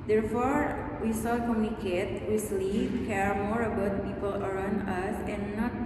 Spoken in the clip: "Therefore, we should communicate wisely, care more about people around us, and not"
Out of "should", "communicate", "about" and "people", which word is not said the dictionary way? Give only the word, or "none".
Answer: should